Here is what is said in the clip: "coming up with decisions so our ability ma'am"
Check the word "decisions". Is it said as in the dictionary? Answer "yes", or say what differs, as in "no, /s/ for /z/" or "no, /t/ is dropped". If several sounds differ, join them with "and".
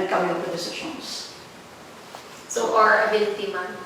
no, /ʃ/ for /ʒ/